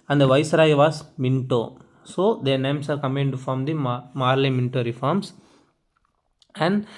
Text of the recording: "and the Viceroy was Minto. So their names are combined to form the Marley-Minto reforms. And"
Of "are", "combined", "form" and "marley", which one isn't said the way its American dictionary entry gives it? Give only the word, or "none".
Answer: combined